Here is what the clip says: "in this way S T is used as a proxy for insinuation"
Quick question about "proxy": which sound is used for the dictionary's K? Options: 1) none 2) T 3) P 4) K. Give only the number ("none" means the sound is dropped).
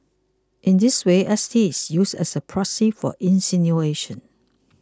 1